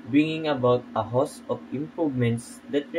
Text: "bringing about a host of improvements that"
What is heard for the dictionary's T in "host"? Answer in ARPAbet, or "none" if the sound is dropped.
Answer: none